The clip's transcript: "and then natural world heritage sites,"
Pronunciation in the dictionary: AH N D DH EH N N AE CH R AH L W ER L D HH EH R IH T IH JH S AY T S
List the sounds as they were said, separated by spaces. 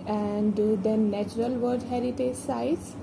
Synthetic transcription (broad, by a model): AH N D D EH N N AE CH R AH L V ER D HH EH R IH T IH JH S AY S